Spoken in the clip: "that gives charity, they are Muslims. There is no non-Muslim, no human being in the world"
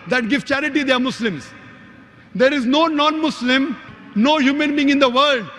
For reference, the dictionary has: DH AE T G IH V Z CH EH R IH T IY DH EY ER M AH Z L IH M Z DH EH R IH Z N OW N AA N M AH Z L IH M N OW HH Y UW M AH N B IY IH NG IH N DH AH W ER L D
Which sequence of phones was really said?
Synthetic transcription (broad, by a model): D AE T G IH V CH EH R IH T IY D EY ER M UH S L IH M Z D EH R IH Z N OW N AA N M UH S L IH M N OW HH Y UW M AH N B IY IH NG IH N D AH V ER L D